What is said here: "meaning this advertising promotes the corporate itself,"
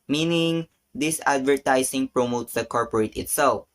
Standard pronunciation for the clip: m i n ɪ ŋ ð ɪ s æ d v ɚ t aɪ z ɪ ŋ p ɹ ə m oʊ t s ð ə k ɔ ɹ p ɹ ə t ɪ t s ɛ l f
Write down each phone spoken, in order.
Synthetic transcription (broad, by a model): m i n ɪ ŋ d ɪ s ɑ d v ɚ t aɪ s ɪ ŋ p ɹ ə m oʊ t s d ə k ɔ ɹ p ɹ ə t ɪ t s ɛ l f